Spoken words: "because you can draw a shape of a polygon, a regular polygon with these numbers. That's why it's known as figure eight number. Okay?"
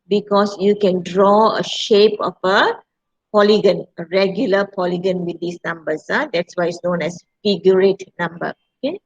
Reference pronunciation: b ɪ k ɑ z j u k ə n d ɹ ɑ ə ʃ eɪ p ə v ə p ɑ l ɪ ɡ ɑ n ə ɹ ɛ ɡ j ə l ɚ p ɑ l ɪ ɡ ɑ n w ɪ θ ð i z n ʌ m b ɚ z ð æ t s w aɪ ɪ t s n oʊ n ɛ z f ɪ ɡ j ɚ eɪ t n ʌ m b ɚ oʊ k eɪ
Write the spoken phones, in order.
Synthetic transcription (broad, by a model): b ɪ k ɑ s j u k ə n d ɹ ɑ ə ʃ eɪ p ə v ə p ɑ l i ɡ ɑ n ə ɹ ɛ ɡ j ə l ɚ p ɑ l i ɡ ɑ n w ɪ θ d i s n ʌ m b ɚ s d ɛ t s w aɪ ɪ t s n oʊ n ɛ s f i ɡ j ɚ eɪ t n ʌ m b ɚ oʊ k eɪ